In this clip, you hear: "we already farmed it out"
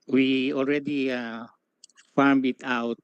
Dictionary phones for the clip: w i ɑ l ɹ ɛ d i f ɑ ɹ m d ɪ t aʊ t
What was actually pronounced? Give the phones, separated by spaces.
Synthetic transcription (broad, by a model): w i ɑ l ɹ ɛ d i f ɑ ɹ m ɪ t aʊ t